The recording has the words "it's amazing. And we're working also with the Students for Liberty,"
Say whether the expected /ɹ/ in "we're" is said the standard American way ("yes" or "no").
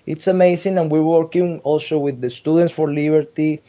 yes